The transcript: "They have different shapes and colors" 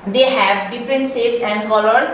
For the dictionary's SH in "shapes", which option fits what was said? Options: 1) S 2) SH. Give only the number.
1